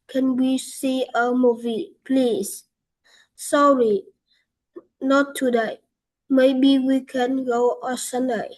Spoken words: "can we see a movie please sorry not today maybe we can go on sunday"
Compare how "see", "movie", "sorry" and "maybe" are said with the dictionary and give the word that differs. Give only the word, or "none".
none